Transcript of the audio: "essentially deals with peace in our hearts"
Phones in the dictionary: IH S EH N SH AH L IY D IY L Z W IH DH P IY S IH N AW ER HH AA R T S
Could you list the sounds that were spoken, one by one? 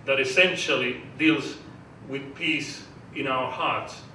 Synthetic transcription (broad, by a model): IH S EH N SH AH L IY D IY L Z W IH DH P IY S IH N AW ER HH AA R T S